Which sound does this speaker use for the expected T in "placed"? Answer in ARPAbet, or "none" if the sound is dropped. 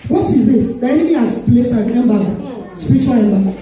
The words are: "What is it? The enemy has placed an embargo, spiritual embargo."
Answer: none